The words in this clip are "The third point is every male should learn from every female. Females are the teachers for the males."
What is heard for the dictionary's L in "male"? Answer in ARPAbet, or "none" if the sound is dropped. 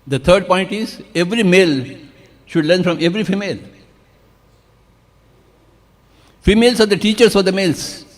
L